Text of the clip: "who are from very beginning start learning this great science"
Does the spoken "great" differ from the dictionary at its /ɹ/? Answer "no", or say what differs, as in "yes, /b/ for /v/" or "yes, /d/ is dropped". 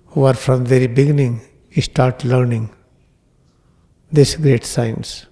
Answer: no